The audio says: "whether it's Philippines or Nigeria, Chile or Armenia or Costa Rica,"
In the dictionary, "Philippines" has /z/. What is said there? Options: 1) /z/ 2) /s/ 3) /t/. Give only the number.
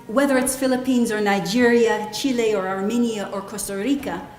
1